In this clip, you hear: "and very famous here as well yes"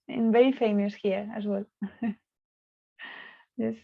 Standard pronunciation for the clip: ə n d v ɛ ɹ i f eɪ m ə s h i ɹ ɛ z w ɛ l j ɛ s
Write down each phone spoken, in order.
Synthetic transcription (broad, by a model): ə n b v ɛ i f eɪ m ə s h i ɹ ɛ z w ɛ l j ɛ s